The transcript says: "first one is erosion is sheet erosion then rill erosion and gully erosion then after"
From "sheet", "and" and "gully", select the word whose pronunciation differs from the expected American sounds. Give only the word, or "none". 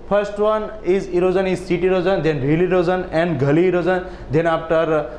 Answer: sheet